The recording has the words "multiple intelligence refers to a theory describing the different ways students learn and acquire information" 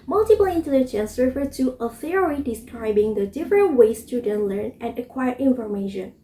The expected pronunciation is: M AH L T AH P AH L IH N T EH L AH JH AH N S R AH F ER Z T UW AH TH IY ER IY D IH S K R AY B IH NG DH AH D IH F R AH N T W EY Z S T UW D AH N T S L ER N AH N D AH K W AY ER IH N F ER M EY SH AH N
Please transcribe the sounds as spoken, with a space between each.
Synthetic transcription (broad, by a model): M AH L T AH P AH L IH N T EH L AH JH AH N S R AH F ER T UW AH TH IY ER IY D IH S K R AY B IH NG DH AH D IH F R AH N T W EY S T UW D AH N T L ER N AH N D AH K W AY ER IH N F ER M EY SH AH N